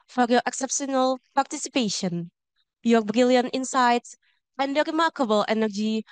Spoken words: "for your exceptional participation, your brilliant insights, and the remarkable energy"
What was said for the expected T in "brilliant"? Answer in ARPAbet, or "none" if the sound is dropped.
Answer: T